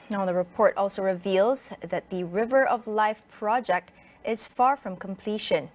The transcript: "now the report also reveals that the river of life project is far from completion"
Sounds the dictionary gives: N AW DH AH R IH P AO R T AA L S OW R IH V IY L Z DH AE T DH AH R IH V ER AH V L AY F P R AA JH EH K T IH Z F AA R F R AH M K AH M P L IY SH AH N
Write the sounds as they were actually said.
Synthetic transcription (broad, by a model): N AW DH AH R IH P AO R T AA L S OW R IH V IY L Z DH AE T DH AH R IH V ER AH V L AY F P R AA JH EH K T IH Z F AA R F R AH M K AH M P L IY SH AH N